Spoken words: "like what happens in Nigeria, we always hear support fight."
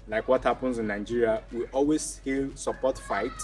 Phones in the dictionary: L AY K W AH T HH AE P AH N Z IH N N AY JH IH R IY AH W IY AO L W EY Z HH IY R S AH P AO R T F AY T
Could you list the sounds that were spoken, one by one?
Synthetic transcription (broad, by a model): L AY K W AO T HH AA P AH N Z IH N N AY JH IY R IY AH W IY AO L W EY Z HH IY L S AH P AO T F AY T